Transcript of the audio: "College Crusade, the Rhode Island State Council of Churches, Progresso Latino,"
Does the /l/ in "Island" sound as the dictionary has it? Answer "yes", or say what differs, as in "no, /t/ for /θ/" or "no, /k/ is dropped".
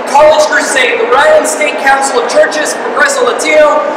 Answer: no, /l/ is dropped